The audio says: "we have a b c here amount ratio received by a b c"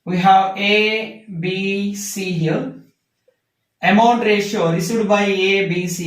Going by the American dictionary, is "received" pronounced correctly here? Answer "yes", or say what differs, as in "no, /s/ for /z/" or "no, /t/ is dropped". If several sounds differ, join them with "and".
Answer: no, /v/ is dropped